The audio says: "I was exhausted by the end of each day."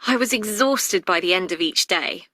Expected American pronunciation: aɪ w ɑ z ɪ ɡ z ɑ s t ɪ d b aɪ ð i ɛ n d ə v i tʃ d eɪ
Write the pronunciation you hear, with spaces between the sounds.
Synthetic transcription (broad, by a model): aɪ w ɑ z ɪ ɡ z ɑ s t ɪ d b aɪ ð i ɛ n d ə v i tʃ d eɪ